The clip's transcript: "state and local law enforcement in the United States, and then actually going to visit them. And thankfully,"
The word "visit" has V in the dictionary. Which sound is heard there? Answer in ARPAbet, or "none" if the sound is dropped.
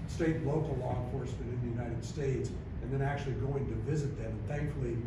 V